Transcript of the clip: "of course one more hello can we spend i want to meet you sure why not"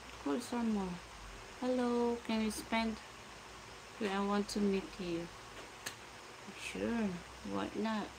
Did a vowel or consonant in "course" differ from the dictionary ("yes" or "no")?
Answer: yes